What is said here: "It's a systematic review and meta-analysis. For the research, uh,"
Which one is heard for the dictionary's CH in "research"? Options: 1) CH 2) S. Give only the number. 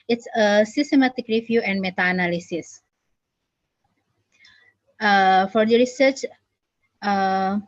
1